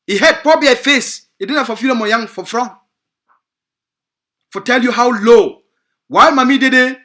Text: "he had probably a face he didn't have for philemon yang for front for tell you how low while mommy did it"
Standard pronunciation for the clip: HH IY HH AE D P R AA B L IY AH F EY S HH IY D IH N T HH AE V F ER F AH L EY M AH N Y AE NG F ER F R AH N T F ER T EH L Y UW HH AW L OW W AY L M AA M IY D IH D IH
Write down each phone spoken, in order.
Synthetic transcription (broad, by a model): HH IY HH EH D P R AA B IY AH F EY S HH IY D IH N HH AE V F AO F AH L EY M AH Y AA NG F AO F R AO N F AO T EH L Y UW HH AW L OW W AY L M AA M IY D IH D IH